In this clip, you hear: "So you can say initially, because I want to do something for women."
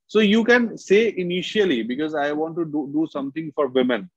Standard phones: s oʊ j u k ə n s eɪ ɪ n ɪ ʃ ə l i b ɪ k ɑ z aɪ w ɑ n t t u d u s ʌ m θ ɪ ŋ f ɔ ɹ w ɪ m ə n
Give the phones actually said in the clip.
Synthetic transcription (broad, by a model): s oʊ j u k ə n s eɪ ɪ n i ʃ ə l i b ɪ k ɑ z aɪ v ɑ n t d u d u s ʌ m t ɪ ŋ f ɔ ɹ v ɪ m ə n